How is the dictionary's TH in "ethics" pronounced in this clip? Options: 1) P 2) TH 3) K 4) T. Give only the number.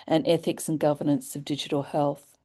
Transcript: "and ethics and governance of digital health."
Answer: 2